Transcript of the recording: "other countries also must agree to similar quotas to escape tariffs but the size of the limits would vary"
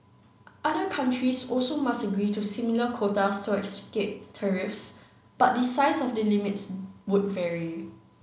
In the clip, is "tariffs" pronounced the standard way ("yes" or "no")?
yes